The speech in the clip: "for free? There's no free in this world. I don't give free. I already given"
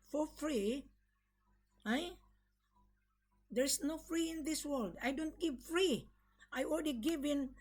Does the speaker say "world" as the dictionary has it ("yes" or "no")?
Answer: yes